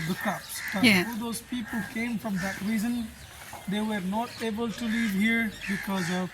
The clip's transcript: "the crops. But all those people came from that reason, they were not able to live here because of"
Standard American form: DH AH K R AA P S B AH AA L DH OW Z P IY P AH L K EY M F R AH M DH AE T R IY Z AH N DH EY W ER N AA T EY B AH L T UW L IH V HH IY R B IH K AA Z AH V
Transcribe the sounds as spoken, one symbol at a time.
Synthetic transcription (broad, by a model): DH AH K AA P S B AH AA L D OW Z P IY P AH L K EY M F R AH M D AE T R IY Z AH N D EY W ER N AA T EY B AH L T UW L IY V HH IY R B IH K AA Z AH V